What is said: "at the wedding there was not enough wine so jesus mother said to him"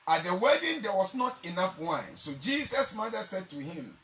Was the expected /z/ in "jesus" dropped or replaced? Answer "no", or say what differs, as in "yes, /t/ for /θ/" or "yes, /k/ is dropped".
yes, /s/ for /z/